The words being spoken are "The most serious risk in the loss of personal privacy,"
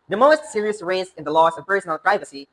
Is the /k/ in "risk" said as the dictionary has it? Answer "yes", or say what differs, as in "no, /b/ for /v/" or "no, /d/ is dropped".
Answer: no, /k/ is dropped